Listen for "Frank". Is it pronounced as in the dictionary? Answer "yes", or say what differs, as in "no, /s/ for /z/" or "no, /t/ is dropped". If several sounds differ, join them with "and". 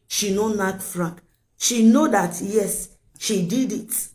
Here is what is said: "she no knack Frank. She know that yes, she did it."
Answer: no, /ŋ/ is dropped